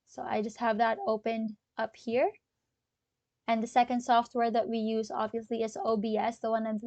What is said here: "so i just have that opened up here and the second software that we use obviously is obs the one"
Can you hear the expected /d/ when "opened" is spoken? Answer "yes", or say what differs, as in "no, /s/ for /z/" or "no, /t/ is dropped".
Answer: yes